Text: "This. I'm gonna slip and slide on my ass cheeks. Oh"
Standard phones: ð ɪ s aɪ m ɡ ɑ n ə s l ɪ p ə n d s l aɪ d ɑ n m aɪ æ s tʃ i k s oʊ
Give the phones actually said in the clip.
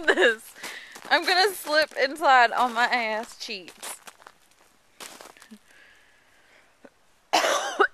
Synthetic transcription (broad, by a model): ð ɪ s aɪ m ɡ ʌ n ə s l ɪ p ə n s aɪ d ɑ l m aɪ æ s tʃ i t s